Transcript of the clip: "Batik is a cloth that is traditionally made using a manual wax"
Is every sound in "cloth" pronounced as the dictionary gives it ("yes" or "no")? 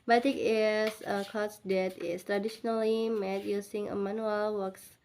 no